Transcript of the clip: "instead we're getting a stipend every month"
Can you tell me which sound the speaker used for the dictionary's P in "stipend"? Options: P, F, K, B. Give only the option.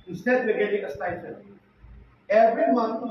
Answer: F